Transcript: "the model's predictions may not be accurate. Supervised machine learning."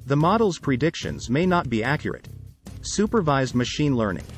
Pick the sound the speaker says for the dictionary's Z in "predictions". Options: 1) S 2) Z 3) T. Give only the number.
2